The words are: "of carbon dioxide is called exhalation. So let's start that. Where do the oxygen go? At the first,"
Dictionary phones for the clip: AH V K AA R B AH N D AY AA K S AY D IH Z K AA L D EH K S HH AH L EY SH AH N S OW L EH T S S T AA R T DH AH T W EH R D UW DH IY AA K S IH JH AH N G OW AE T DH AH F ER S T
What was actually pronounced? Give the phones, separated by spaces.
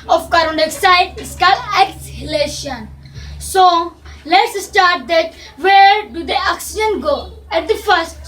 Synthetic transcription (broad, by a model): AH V K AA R AH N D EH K S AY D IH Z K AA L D EH K S HH AH L EY SH AH N S OW L EH T S S T AA R T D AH T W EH R D UW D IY AA K S IH JH AH N G OW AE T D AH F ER S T